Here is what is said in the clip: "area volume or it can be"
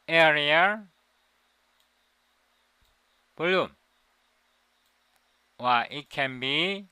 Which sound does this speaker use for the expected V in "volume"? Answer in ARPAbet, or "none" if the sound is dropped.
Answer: B